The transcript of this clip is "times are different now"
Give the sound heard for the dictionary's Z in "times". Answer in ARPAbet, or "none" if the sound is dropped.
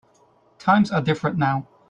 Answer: Z